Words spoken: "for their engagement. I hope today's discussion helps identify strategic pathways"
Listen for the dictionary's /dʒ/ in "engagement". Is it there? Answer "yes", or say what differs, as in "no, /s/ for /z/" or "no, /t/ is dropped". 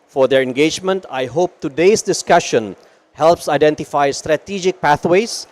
yes